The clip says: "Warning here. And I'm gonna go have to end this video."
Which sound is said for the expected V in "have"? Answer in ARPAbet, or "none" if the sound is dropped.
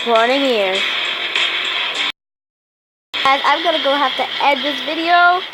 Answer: F